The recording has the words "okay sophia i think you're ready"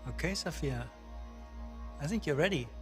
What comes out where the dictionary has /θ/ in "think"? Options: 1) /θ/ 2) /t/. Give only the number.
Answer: 1